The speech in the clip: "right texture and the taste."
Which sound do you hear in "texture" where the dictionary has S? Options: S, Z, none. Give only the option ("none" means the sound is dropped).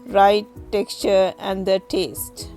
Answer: S